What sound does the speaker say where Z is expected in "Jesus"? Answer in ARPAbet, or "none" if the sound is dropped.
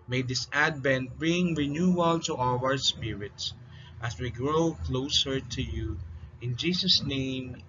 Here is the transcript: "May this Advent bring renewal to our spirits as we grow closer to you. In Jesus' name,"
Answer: S